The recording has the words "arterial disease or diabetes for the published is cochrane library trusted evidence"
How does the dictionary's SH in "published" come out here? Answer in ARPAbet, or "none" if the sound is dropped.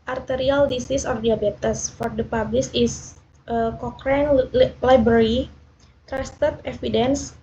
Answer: S